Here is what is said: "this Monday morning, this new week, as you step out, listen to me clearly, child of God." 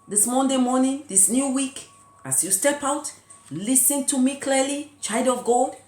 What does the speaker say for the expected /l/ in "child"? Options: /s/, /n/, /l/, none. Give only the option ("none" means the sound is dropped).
none